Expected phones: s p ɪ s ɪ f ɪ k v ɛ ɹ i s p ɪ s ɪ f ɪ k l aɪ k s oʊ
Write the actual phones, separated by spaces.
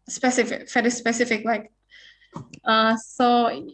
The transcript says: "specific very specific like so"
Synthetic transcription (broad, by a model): s p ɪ s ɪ f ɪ k f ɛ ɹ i s p ɪ s ɪ f ɪ k l aɪ k s oʊ